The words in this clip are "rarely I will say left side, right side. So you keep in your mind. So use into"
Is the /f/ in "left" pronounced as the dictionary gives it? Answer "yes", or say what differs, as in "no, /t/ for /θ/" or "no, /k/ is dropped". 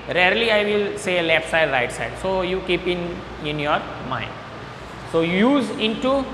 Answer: no, /p/ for /f/